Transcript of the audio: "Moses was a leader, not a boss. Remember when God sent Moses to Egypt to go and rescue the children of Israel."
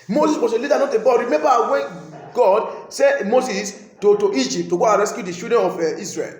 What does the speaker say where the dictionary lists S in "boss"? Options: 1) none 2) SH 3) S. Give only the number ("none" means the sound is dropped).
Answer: 1